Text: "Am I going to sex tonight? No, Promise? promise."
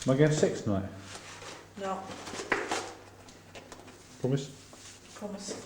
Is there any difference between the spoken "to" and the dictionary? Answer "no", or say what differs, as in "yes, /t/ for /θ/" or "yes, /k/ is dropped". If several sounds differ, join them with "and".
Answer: yes, /s/ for /t/